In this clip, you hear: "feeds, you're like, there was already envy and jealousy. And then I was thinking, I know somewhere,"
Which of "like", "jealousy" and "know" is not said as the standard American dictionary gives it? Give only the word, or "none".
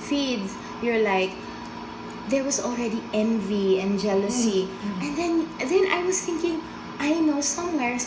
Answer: none